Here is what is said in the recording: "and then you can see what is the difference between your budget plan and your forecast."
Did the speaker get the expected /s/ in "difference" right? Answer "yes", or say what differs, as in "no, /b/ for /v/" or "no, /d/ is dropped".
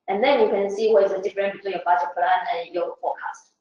no, /s/ is dropped